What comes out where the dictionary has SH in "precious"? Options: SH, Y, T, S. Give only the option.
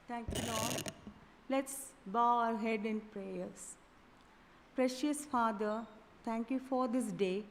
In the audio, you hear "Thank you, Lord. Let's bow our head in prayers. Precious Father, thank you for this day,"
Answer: SH